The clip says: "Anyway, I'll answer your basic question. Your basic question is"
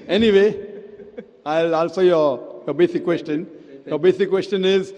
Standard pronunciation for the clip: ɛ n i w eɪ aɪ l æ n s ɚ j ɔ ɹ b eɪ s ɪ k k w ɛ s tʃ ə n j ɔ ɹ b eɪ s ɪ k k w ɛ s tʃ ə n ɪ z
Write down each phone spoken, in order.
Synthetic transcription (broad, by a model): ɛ n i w eɪ aɪ l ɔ l s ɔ j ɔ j b eɪ s ɪ k k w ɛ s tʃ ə n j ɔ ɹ b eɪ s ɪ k k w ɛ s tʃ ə n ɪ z